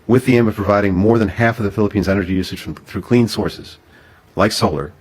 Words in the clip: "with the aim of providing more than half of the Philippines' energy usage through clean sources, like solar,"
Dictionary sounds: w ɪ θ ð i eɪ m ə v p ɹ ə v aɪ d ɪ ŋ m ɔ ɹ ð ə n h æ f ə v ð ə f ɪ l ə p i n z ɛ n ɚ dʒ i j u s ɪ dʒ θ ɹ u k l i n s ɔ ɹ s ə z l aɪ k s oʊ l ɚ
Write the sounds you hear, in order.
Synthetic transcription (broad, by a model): w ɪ ð i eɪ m ə v p ɹ ə v aɪ d ɪ ŋ m ɔ ɹ ð ə n h æ f ə v ð ə f ɪ l ə p i n z ɛ n ɚ dʒ i j u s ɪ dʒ θ ɹ u k l i n s ɔ ɹ s ə z l aɪ k s oʊ l ɚ